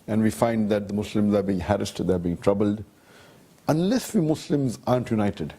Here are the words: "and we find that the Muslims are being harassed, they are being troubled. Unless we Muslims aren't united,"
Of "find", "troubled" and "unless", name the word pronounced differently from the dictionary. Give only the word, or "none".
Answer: none